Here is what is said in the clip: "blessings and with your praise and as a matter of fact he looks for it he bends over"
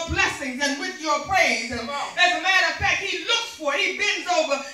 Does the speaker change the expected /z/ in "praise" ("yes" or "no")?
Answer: yes